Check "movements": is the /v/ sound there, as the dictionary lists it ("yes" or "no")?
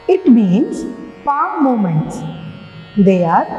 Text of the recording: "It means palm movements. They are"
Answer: no